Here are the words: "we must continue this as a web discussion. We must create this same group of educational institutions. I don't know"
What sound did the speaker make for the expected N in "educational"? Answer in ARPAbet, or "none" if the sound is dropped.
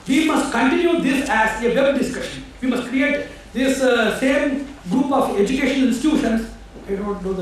none